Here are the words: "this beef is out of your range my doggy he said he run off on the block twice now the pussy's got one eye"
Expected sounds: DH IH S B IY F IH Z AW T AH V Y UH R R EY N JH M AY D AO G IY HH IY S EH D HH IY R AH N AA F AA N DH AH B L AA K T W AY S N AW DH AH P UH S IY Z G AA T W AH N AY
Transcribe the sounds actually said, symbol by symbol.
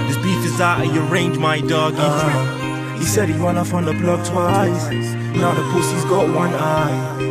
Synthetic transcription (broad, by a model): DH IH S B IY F IH Z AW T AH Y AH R R EY N JH M AY D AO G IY HH IY S EH D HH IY W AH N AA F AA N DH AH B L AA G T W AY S N AW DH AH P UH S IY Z G AA T W AH N AY